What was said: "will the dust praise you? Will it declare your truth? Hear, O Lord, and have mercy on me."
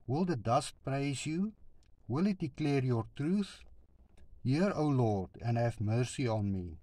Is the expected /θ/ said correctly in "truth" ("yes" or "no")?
yes